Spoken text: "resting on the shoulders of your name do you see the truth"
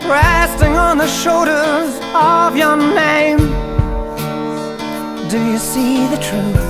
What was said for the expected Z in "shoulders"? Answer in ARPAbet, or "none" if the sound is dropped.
Z